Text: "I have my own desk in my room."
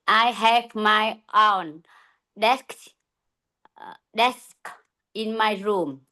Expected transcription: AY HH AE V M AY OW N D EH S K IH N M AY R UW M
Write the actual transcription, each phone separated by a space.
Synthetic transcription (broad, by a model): AY HH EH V M AY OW N D EH S K IH N M AY R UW M